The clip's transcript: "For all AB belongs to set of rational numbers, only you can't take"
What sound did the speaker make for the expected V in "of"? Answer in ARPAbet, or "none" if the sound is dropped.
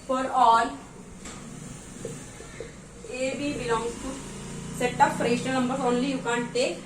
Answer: P